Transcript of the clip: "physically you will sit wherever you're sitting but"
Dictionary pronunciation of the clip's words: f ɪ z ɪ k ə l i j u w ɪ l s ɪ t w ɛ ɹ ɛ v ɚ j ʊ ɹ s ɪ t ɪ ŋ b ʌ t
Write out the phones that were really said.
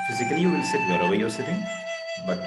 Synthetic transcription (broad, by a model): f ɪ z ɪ k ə l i j u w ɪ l s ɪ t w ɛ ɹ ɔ w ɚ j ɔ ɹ s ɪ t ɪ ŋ b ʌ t